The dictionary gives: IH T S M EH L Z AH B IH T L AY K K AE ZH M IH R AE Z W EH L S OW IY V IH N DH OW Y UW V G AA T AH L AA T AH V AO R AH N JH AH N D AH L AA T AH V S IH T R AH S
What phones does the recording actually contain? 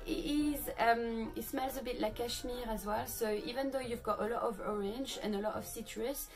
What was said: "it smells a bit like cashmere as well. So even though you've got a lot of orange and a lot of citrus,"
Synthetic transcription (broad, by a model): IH T S M EH L Z AH B IH T L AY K K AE SH M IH R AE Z W EH L S OW IY V IH N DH OW Y UW V G AA T AH L AA T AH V AO R AH N JH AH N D AH L AA T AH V S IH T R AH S